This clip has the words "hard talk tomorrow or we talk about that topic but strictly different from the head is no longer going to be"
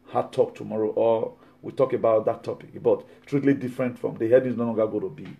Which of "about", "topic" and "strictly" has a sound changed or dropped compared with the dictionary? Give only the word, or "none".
strictly